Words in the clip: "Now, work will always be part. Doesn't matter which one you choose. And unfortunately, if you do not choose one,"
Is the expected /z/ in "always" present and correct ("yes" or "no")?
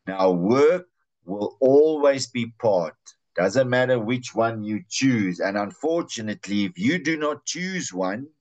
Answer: yes